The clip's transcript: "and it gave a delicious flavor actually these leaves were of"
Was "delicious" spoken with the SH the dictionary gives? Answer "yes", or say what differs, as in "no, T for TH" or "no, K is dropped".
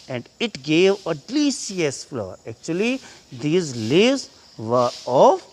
no, SH is dropped